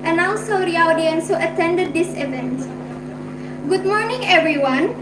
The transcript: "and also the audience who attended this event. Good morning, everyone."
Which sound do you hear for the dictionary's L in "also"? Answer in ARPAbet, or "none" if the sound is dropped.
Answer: N